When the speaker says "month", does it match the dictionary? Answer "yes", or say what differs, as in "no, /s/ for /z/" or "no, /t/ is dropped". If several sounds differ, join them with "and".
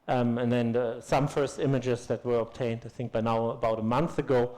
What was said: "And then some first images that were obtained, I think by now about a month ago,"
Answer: yes